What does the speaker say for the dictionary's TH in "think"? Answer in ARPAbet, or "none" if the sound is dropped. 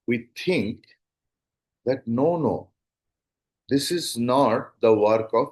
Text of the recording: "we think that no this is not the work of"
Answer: T